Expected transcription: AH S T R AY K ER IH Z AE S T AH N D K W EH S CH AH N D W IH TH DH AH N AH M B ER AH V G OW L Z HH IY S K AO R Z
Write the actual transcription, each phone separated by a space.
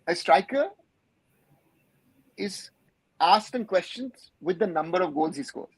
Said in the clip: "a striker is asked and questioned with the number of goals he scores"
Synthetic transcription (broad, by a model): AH S T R AY K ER IH Z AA S T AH N K W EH S CH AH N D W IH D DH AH N AH M B ER AH V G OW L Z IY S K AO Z